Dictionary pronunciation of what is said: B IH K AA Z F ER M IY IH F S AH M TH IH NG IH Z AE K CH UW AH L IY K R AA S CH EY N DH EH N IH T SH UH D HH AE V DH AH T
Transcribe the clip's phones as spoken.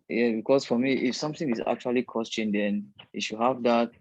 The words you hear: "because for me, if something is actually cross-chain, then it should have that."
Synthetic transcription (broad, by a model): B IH K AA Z F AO M IY IH F S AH M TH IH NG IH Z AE K CH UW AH L IY K AA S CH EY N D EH N IH T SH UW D HH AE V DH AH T